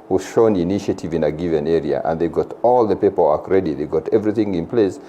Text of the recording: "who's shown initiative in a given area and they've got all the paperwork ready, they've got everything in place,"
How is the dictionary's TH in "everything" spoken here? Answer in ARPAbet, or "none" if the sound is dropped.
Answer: TH